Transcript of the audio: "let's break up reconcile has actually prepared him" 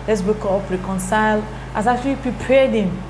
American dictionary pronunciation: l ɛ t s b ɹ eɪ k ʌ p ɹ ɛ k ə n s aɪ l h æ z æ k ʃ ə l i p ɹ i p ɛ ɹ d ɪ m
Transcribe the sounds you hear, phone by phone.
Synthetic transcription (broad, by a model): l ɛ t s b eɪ k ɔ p ɹ ɛ k ə n s aɪ l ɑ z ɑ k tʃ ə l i p ɹ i p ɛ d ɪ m